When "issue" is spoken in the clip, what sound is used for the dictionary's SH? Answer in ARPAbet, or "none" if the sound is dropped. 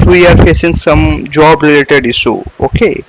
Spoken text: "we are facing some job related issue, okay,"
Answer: S